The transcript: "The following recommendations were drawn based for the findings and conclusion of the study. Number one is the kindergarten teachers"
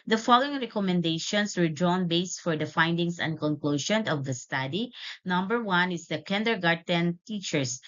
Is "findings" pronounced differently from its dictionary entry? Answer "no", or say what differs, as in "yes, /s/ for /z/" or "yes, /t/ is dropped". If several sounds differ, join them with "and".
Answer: yes, /s/ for /z/